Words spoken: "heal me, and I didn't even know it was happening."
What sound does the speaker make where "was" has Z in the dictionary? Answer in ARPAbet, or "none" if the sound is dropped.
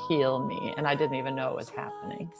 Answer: S